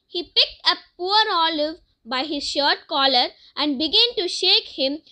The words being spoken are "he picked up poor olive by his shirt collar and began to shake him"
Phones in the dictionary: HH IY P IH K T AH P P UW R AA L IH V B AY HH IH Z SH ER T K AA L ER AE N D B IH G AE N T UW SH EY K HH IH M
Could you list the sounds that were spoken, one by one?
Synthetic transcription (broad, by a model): HH IY P IH K T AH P P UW R AA L IH V B AY HH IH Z SH ER T K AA L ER AE N D B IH G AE N T UW SH EY K HH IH M